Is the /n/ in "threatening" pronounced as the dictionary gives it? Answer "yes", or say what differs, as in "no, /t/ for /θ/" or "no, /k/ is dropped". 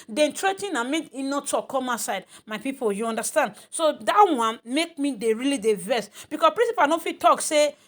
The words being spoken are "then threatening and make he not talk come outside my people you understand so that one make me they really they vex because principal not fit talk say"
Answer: no, /n/ is dropped